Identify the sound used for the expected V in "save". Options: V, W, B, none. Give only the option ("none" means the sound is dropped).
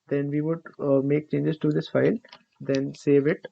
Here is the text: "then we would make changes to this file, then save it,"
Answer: V